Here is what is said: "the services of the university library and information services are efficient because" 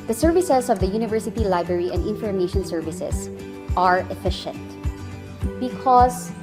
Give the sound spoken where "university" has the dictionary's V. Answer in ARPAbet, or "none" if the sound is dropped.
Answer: V